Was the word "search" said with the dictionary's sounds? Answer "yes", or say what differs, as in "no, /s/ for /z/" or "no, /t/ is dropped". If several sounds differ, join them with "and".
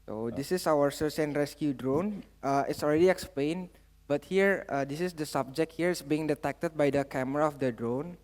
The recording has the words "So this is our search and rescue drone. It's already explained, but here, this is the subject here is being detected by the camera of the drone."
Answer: no, /s/ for /tʃ/